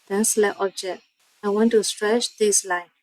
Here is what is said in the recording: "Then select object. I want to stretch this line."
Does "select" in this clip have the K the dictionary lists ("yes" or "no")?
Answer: no